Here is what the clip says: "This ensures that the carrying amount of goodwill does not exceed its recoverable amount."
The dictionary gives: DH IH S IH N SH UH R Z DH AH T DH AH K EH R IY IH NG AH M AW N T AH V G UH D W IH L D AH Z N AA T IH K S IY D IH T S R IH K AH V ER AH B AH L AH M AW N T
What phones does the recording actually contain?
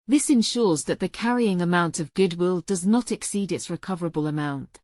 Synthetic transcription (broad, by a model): DH IH S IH N SH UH R Z DH AH T DH AH K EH R IY IH NG AH M AW N T AH V G UH D W IH L D AH Z N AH T IH K S IY D IH T S R IH K AH V ER AH B AH L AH M AW N T